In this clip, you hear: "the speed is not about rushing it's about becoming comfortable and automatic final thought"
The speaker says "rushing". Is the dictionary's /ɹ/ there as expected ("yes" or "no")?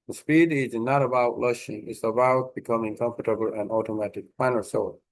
no